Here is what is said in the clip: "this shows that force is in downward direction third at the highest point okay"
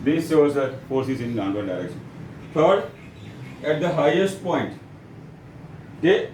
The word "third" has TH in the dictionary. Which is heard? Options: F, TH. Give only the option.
F